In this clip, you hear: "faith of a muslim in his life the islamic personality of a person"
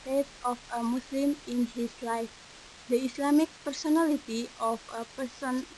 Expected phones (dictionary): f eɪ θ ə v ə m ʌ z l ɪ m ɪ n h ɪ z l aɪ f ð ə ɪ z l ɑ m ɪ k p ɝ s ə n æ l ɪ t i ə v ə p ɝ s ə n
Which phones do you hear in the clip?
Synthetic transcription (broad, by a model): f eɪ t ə f ə m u s l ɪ m ɪ n h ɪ s l aɪ f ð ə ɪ s l ɑ m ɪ k p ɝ s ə n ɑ l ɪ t i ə f ə p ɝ s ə n